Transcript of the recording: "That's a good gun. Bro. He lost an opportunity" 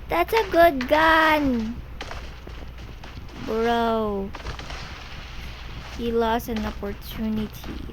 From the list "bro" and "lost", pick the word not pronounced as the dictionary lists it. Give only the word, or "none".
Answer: none